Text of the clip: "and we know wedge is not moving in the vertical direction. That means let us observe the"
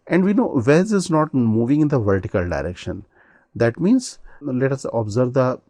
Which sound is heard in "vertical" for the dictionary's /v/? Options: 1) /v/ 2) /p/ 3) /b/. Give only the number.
1